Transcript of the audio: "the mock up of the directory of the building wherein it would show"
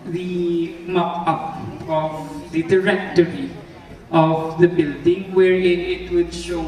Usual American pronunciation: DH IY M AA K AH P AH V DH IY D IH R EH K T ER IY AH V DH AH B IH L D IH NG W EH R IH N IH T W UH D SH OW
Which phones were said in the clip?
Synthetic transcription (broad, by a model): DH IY M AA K AH P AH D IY D IH R EH K T ER IY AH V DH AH B IH L D IH NG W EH R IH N IH T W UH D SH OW